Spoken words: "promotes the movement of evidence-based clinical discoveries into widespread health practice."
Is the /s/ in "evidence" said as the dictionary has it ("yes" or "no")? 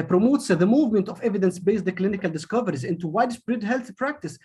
yes